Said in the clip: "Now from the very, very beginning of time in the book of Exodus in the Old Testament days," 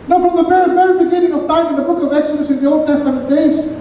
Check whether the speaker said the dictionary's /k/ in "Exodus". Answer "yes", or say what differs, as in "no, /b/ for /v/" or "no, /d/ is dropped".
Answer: no, /k/ is dropped